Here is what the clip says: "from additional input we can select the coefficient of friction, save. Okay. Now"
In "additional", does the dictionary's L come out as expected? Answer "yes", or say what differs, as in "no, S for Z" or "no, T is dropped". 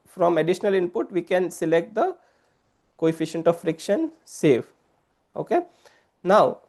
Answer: yes